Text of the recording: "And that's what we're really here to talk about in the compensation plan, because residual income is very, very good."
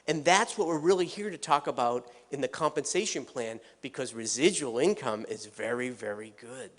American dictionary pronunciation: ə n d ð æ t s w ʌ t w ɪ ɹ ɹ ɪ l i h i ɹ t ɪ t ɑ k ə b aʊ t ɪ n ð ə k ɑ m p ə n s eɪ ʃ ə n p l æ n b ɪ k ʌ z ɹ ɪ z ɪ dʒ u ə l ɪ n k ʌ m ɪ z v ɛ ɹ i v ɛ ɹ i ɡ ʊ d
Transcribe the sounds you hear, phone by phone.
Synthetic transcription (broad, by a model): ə n ð æ t s w ʌ t w ɪ ɹ ɹ ɪ l i h i ɹ t ɪ t ɑ k ə b aʊ t ɪ n ð ə k ɑ m p ə n s eɪ ʃ ə n p l æ n b ɪ k ʌ z ɹ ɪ z ɪ dʒ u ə l ɪ n k ʌ m ɪ z v ɛ ɹ i v ɛ ɹ i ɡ ʊ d